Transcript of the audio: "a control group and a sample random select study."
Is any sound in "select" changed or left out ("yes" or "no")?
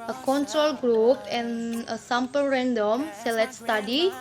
yes